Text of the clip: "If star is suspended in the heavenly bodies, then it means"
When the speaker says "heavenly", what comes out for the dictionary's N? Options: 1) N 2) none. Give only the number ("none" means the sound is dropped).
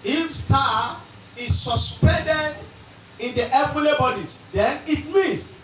2